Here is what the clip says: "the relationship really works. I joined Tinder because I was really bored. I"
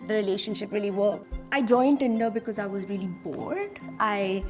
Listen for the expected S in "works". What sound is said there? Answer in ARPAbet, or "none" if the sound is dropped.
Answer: none